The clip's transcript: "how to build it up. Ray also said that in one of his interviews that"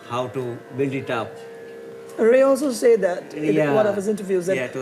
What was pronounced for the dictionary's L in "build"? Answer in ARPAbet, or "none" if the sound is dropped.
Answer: none